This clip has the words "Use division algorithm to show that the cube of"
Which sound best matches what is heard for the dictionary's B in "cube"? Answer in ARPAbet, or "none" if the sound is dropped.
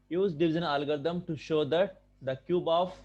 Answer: B